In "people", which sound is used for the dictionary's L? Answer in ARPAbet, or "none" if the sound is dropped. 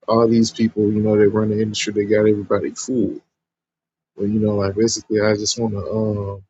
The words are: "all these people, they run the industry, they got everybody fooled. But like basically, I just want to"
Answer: N